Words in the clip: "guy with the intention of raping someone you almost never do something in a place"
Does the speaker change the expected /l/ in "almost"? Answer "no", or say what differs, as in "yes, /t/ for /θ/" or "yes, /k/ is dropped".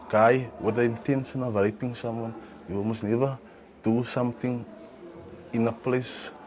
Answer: yes, /l/ is dropped